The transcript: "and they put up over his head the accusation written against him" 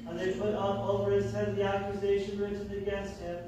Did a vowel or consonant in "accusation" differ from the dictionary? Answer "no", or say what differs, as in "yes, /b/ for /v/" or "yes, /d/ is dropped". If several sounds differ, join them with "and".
no